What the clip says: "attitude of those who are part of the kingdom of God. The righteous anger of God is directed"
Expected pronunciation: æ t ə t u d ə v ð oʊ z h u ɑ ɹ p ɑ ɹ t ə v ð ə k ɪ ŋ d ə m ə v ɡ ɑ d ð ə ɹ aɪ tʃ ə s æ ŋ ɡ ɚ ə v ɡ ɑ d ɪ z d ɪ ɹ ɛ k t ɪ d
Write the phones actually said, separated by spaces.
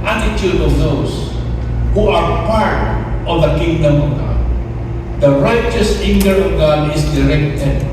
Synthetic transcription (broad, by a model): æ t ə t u d ə v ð oʊ s h u ɑ ɹ p ɑ ɹ t ə v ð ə k ɪ ŋ d ə m ə v ɡ ɑ d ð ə ɹ aɪ tʃ ə s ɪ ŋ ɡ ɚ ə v ɡ ɑ d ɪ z d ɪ ɹ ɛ k t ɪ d